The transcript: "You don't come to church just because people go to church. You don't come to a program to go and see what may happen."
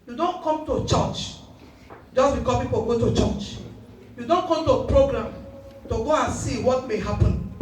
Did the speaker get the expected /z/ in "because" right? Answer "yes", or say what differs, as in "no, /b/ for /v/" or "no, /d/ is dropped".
no, /z/ is dropped